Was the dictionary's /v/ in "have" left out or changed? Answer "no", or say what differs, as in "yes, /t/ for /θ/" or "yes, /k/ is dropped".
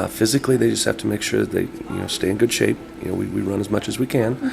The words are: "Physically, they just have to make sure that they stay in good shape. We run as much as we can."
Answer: yes, /f/ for /v/